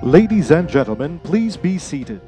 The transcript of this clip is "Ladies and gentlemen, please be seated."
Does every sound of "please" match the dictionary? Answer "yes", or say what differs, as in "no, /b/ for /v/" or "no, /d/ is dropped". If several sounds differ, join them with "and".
yes